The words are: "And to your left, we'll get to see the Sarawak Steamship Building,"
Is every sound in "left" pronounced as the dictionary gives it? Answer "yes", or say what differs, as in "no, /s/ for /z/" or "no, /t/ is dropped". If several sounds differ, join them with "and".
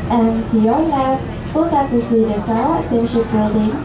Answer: no, /n/ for /l/ and /f/ is dropped